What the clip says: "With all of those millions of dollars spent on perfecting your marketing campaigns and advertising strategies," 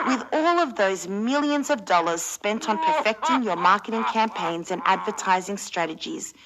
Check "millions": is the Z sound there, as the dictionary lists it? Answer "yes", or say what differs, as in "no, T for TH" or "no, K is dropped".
yes